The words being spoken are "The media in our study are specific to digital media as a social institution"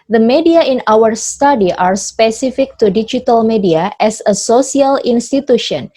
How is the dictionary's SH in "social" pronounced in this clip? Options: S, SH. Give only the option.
S